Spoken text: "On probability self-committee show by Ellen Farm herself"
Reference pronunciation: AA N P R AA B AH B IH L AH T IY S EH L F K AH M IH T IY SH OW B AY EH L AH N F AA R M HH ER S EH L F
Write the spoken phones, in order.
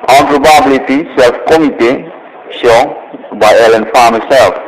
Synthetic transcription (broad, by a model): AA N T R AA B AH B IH L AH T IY S EH L F K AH M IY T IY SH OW B AY EH L AH N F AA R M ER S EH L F